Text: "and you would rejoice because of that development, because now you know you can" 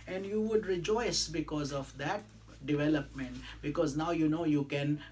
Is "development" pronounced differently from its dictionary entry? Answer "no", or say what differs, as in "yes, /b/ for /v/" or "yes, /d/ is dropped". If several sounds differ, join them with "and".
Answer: no